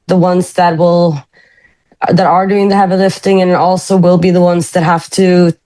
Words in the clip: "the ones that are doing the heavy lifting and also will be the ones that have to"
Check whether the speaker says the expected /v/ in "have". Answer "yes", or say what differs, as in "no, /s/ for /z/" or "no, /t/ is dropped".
no, /f/ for /v/